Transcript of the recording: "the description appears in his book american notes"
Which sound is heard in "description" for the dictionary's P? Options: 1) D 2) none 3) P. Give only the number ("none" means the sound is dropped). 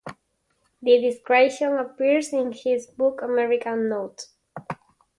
2